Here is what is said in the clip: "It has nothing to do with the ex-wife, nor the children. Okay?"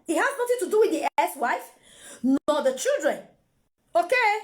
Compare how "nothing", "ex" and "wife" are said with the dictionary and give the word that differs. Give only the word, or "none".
ex